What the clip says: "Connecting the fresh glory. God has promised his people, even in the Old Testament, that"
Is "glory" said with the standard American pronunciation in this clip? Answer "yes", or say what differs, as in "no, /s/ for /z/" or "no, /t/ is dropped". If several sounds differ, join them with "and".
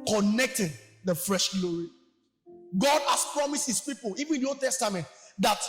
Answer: yes